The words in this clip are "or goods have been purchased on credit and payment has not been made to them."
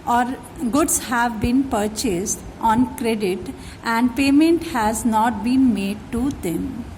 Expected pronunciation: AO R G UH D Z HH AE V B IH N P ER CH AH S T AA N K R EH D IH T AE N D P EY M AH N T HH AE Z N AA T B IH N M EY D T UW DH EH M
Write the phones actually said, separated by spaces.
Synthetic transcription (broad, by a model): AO R G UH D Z HH AE V B IH N P ER CH AH S T AA N K R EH D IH T AE N D P EY M AH N T HH AE Z N AA T B IH N M EY D T UW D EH M